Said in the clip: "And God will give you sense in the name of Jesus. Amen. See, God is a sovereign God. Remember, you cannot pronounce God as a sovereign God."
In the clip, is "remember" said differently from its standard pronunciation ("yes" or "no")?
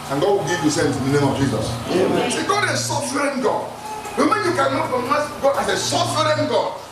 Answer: yes